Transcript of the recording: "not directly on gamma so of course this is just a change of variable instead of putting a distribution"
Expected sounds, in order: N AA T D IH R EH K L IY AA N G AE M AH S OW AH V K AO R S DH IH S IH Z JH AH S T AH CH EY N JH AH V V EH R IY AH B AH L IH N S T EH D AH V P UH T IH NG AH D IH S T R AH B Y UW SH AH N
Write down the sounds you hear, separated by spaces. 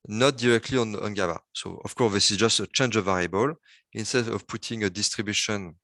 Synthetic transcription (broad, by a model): N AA T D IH R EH K L IY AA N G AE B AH S OW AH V K AO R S DH IH S IH Z JH AH S T AH CH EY N JH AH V V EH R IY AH B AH L IH N S T EH D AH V P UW T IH NG AH D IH S T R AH B Y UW SH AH N